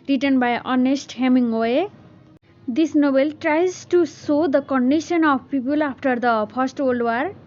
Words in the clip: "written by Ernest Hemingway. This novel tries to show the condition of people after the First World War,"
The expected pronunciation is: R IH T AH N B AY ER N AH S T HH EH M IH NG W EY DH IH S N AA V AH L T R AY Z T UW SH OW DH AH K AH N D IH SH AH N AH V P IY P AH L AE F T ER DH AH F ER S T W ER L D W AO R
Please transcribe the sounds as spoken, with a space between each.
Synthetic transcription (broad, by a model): R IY T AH N B AY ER N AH S T HH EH M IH NG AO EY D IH S N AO B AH L T R AY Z T UW S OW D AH K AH N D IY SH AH N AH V P IY P AH L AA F T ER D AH P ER S T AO L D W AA R